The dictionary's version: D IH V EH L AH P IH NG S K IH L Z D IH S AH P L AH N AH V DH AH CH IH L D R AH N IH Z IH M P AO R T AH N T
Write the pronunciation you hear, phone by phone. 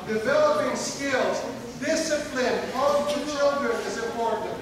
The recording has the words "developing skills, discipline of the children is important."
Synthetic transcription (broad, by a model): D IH V EH L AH P IH NG S K IH L Z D IH S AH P L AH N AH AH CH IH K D AH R IH Z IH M P AO R T N T